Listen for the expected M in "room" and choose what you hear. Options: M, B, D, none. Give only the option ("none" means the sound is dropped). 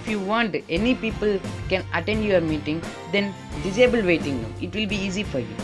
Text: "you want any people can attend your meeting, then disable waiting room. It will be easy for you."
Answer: none